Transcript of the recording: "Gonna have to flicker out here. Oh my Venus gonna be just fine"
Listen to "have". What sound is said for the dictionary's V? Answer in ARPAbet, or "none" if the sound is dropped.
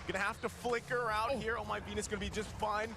F